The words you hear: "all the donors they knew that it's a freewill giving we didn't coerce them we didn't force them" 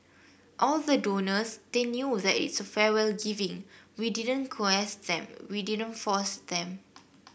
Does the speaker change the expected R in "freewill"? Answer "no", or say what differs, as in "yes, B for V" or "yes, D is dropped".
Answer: yes, R is dropped